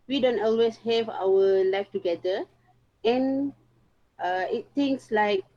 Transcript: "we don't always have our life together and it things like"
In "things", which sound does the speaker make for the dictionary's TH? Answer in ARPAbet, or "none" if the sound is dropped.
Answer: T